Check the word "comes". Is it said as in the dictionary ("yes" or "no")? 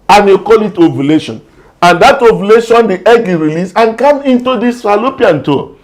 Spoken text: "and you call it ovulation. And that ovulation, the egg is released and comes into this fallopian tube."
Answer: no